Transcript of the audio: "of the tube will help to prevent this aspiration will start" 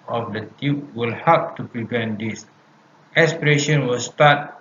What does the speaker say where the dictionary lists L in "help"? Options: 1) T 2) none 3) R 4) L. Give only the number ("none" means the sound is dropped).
2